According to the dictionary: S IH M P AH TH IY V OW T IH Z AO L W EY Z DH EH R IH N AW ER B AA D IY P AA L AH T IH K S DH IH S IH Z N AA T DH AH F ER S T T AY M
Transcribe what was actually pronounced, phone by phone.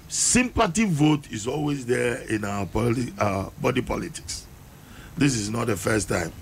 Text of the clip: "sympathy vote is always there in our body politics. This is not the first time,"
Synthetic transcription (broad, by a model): S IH M P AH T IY V OW T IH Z AO L W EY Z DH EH IH N AW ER B AA D IY P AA L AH T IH K S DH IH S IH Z N AA T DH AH F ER S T T AY M